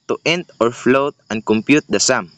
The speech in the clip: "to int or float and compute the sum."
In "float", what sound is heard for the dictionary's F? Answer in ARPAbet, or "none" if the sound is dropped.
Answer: F